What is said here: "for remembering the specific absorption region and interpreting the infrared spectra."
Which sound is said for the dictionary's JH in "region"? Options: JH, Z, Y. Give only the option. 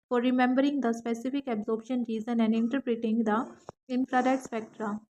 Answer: Z